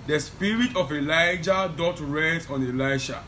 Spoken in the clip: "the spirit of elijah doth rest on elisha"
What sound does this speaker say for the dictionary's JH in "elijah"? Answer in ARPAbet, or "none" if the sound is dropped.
JH